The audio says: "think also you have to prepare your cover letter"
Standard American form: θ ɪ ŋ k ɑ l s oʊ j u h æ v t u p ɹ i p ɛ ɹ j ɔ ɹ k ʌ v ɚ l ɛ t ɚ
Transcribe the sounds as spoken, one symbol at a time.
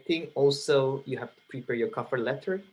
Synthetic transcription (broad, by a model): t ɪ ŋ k ɑ l s oʊ j u h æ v t u p ɹ i p ɛ ɹ j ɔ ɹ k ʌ f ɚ l ɛ t ɚ